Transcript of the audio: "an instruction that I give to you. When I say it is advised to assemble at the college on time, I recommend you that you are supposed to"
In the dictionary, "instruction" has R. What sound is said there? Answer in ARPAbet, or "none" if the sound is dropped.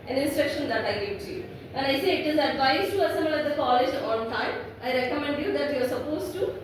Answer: R